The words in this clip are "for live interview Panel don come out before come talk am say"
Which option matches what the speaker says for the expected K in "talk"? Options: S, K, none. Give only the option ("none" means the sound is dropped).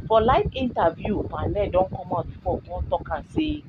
K